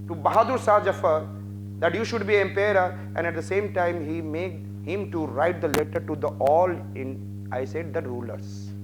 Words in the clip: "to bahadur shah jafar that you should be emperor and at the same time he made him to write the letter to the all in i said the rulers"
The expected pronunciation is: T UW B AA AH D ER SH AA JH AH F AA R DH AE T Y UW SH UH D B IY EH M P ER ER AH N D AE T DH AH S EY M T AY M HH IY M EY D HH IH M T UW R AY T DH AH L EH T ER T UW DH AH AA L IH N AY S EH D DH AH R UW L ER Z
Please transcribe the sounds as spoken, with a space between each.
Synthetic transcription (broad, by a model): T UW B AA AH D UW S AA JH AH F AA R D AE T Y UW SH UH D B IY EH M P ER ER AH N D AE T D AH S EY M T AY M HH IY M EY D HH IH M T UW R AY T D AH L EH T ER T UW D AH AA L IH N AY S EH D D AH R UW L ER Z